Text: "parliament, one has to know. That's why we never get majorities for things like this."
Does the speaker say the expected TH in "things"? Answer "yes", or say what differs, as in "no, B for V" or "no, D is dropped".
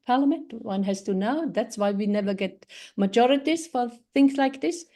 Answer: yes